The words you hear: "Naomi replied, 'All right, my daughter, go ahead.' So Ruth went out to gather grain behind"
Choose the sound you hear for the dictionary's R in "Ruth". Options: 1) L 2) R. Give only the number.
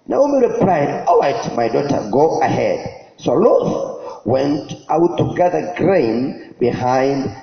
1